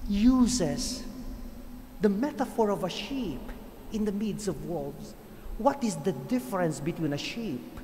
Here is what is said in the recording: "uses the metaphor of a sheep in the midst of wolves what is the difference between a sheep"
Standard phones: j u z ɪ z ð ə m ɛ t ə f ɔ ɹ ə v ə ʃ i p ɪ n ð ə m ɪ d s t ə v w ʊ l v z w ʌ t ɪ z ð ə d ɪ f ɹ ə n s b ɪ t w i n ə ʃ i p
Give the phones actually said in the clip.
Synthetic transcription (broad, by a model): j u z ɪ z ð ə m ɛ t ə f ɔ ɹ ə v ə ʃ i p ɪ n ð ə m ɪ d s ə v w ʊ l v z w ʌ t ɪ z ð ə d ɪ f ɹ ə n s b ɪ t w i n ə ʃ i p